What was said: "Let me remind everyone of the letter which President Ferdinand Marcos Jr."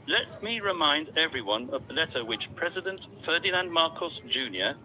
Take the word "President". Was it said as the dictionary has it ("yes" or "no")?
yes